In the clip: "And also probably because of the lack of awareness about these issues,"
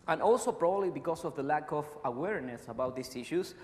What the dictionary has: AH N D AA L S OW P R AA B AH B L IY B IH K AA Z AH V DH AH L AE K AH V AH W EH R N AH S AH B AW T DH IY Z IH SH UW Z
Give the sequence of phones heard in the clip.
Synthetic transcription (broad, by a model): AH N AA L S OW P R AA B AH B L IY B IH K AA S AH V DH AH L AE K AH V AH W EH R N AH S AH B AW T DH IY S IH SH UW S